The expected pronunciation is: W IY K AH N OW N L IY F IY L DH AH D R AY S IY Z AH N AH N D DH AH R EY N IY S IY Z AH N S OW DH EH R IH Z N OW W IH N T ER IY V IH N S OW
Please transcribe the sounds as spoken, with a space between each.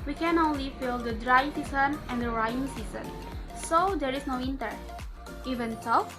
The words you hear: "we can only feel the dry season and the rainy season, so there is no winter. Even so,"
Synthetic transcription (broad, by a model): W IY K AH N OW N L IY F IY L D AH D R AY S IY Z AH N AH N D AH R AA IY S IY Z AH N S OW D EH R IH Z N OW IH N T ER IY V IH N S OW